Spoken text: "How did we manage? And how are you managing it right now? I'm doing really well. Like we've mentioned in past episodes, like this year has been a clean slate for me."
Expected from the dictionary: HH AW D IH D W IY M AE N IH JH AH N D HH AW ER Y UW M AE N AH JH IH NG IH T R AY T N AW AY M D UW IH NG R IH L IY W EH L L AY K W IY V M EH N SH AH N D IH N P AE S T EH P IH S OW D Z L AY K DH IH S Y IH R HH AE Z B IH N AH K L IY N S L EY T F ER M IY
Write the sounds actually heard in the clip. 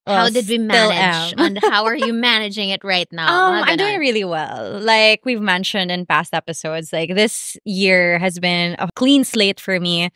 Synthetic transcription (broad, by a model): HH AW D IH D W IY M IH L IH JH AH N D HH AW ER Y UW M AE N AH JH IH NG IH T R AY T N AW AY M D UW IH NG R IH L IY W EH L L AY K W IY V M EH N SH AH N D IH N P AE S T EH P IH S OW D Z L AY K DH IH S Y IH R HH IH Z B IH N AH K L IY N S L EY T F ER M IY